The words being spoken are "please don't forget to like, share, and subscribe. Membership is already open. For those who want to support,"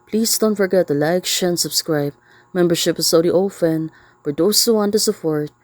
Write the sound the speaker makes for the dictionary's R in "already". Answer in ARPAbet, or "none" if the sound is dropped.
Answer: none